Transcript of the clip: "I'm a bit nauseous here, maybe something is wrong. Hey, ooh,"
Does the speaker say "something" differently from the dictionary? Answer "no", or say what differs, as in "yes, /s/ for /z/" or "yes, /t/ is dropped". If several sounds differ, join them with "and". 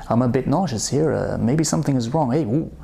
no